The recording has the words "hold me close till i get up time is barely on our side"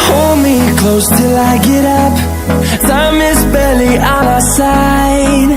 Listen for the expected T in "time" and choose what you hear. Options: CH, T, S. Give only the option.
S